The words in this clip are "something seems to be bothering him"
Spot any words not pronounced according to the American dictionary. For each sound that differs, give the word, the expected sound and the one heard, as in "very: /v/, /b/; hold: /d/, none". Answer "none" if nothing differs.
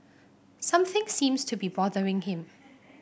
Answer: none